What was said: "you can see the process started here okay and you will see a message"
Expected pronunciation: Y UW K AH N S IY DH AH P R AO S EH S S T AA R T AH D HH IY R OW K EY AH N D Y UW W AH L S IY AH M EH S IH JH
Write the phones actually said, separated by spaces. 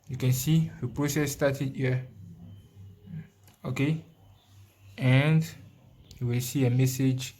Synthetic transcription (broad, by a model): Y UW K AH N S IY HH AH P R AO S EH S S T AA T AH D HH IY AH OW K EY AH N D Y UW W AH L S IY AH M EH S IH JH